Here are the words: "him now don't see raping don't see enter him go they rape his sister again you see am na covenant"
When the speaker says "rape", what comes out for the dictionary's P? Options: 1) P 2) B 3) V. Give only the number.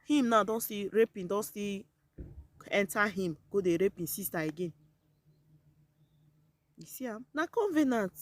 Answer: 1